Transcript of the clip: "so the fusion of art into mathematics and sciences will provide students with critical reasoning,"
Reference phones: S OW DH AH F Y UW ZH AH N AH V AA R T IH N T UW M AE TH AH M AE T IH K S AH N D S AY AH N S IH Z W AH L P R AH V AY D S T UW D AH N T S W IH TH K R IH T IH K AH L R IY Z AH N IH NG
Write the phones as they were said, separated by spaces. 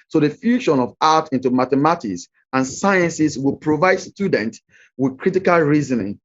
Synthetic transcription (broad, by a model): S OW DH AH F Y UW SH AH N AH V AA T IH N T UW M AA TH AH M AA T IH K S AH N S AY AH N S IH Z W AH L P R AH V AY D S T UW D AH N T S W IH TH K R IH T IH K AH L R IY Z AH N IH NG